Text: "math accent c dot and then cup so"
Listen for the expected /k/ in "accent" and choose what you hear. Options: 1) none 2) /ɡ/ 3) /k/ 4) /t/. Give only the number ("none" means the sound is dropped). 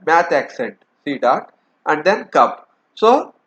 3